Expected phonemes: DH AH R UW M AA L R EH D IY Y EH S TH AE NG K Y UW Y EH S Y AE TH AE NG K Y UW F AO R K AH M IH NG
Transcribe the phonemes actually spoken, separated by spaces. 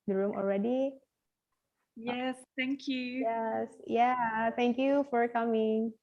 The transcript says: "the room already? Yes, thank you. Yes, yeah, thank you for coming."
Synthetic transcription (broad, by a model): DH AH R UW M AA L R EH D IY Y EH S T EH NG K Y UW Y EH S Y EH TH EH NG K Y UW F AO R K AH M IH NG